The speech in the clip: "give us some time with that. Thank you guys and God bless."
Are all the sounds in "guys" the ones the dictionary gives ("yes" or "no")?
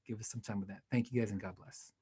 yes